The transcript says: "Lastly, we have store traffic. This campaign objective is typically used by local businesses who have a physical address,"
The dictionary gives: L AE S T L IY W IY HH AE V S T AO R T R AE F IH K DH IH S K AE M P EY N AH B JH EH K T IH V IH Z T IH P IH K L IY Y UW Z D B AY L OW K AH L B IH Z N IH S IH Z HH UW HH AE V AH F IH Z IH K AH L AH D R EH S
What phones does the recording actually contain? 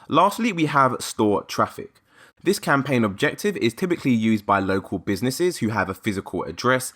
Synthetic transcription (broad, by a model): L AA S T L IY W IY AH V S T AO T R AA F IH K DH IH S K AE M P EY N AH B JH EH K T IH V IH Z T IH P IH K L IY Y UW Z B AY L OW K AH L B IH Z N IH S IH Z HH UW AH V AH F IH Z IH K AH L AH D R EH S